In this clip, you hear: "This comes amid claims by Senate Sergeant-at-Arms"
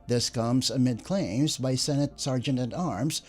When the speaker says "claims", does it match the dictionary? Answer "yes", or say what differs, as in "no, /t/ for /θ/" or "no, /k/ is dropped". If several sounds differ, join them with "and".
yes